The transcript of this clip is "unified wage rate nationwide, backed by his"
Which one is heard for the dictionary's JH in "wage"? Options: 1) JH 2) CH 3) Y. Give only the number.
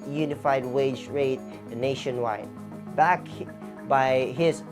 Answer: 1